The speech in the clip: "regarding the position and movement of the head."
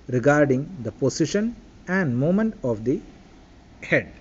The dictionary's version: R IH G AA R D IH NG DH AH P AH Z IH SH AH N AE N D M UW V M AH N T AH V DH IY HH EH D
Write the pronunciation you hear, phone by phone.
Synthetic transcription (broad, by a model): R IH G AA R D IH NG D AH P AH S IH SH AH N AE N D M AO M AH N T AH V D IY HH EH D